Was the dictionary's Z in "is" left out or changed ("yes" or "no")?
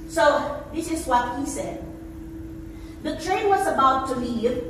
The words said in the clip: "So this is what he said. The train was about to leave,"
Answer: no